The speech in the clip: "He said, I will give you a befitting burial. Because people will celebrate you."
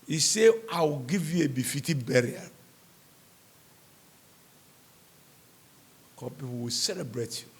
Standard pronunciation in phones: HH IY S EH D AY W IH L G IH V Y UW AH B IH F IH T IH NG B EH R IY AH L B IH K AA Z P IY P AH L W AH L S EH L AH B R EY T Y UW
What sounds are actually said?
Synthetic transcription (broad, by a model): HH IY S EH AY W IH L G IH V Y UW AH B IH F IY T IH B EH R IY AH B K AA P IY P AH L W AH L S EH L AH B R EY T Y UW